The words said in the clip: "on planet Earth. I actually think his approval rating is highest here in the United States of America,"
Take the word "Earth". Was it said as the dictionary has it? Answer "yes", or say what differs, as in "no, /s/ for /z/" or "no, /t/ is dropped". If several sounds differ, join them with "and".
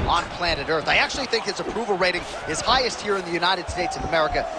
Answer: yes